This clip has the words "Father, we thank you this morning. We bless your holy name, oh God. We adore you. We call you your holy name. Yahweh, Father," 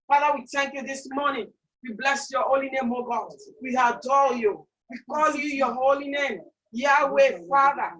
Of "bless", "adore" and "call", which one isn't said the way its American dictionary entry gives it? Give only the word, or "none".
adore